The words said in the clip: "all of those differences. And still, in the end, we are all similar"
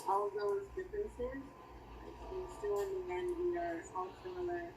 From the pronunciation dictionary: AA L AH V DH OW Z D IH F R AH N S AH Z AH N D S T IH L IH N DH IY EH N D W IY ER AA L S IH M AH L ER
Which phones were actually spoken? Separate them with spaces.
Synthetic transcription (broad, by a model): AA L DH OW Z D IH F R AH N S AH Z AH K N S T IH IH N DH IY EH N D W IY ER AA L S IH M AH L ER